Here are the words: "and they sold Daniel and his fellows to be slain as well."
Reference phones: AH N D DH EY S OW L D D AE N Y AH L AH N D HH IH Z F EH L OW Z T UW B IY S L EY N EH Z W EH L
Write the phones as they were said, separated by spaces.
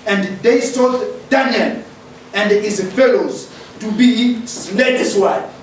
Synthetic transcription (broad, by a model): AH N D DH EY S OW D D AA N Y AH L AH N D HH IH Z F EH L OW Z T UW B IY S L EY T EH S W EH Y